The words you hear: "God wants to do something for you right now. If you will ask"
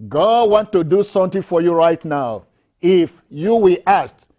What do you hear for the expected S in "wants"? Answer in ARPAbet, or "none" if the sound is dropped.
none